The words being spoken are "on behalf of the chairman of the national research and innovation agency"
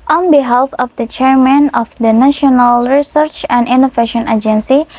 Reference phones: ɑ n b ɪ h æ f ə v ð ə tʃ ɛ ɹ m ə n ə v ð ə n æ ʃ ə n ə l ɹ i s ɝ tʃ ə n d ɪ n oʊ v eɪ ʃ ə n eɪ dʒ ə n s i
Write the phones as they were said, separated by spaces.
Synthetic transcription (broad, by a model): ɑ n b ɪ h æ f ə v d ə tʃ ɛ ɹ m ə n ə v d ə n æ ʃ ə n ə l ɹ i s ɝ tʃ ə n d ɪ n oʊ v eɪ ʃ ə n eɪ dʒ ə n s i